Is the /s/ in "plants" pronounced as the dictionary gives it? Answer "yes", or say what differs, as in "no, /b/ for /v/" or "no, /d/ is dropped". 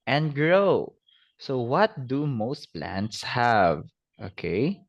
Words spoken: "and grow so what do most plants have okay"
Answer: yes